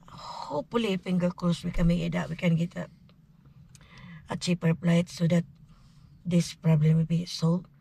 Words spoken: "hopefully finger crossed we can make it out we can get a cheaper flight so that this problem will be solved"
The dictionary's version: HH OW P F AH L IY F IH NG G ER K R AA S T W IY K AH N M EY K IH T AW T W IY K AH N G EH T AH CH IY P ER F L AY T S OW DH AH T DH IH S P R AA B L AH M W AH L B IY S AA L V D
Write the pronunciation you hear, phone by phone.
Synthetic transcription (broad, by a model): HH OW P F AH L IY F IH NG G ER K L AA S W IY K AH N M EY K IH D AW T W IY K AH N G EH T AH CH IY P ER P L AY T S OW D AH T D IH S P R AA B L AH M W AH L B IY S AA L